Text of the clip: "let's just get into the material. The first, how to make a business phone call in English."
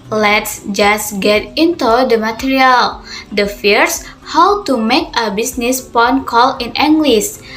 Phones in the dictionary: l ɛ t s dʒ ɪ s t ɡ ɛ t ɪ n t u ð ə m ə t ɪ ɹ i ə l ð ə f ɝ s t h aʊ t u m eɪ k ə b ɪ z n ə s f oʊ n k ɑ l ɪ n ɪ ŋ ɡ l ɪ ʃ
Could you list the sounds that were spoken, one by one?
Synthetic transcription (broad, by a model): l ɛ t s dʒ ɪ s ɡ ɛ t ɪ n t u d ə m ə t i ɹ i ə l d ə f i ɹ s h aʊ t u m eɪ k ə b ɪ s n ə s p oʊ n k ɑ l ɪ n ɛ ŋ ɡ l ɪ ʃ